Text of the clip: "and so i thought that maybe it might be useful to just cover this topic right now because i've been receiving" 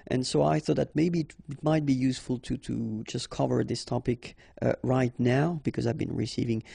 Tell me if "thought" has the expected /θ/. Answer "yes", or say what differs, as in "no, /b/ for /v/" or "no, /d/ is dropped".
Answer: yes